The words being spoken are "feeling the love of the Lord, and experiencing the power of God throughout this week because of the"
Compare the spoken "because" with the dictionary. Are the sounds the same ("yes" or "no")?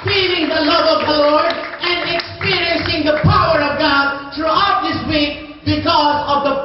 yes